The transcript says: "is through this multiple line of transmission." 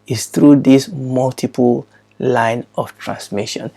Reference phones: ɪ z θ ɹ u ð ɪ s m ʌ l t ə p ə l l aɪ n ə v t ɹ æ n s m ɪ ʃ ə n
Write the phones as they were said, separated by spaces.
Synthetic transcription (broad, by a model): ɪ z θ ɹ u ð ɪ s m ʌ l t ə p ə l l aɪ n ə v t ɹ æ n s m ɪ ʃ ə n